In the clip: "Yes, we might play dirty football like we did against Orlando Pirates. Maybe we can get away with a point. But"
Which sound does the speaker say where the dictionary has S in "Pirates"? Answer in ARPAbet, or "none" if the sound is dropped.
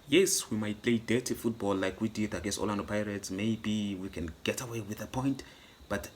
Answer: S